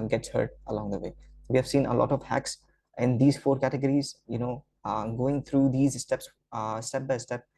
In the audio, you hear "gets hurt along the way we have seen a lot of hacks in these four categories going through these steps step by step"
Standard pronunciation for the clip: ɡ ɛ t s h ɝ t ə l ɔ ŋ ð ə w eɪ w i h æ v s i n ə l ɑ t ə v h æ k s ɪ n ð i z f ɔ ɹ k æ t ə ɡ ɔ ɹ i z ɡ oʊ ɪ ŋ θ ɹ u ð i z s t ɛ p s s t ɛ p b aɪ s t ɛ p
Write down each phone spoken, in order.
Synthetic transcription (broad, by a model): ɡ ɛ t s h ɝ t ə l ɔ ŋ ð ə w eɪ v i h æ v s i n ə l ɑ t ə v h æ k s ɪ n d i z f ɔ ɹ k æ t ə ɡ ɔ ɹ i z ɡ oʊ ɪ ŋ t ɹ u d i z s t ɛ p s s t ɛ p b aɪ s t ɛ p